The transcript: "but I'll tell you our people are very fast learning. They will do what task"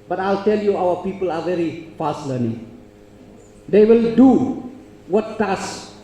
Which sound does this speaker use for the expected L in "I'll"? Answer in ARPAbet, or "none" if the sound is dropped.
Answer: L